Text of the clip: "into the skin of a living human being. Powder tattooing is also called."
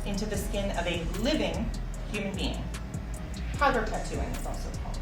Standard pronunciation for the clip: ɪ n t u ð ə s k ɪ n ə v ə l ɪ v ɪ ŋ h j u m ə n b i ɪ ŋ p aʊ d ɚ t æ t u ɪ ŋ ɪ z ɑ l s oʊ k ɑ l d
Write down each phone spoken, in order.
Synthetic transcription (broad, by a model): ɪ n t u ð ə s k ɪ n ə v ə l ɪ v ɪ ŋ h j u m ə n b i ɪ ŋ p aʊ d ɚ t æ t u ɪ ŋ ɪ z ɑ l s oʊ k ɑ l